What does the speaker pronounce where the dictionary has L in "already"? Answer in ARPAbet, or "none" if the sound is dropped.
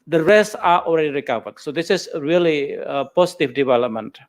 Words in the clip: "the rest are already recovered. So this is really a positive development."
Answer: L